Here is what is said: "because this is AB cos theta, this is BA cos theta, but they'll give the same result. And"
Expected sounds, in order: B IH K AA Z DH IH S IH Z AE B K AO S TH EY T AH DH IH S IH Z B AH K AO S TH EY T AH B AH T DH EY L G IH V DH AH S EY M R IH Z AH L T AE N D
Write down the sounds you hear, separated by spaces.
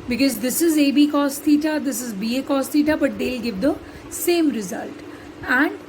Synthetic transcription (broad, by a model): B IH K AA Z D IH S IH Z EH B K AO S T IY T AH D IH S IH Z B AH K AO S T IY T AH B AH T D EY L G IH V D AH S EY M R IH Z AH L T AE N D